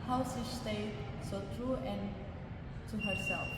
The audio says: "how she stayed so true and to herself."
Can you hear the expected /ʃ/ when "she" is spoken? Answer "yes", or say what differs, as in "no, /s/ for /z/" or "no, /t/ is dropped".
no, /s/ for /ʃ/